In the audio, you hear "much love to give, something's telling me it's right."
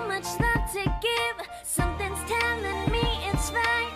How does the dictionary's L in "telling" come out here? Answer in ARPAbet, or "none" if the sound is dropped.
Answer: N